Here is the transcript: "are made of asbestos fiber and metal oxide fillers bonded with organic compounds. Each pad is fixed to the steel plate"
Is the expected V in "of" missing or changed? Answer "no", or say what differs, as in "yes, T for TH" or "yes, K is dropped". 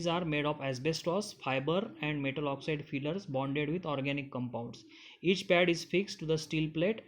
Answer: yes, P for V